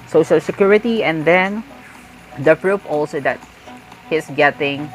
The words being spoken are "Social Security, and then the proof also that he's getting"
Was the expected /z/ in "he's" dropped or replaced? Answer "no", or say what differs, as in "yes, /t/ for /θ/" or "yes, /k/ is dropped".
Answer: yes, /s/ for /z/